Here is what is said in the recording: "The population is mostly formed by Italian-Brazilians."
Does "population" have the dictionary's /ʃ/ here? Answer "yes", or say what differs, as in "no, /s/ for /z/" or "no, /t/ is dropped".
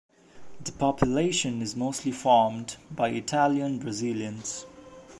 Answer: yes